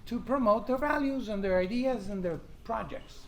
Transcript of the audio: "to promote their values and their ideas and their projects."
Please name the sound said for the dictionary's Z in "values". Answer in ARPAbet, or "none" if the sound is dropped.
Z